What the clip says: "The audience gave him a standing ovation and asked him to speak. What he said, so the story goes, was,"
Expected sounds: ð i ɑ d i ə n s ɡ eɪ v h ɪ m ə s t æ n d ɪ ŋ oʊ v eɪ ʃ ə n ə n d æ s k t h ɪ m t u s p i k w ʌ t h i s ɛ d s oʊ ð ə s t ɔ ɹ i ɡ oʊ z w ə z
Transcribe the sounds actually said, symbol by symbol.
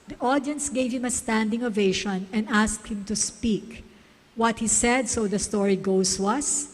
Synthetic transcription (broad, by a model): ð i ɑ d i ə n s ɡ eɪ v h ɪ m ə s t æ n d ɪ ŋ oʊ v eɪ ʃ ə n ə n d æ s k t h ɪ m t u s p i k w ʌ t h i s ɛ d s oʊ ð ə s t ɔ ɹ i ɡ oʊ s w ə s